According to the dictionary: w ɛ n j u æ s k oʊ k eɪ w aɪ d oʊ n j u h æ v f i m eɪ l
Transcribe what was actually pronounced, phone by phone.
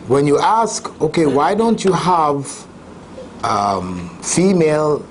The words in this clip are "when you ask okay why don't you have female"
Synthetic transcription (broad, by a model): w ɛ n j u æ s k oʊ k eɪ w aɪ d oʊ n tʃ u h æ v f i m eɪ l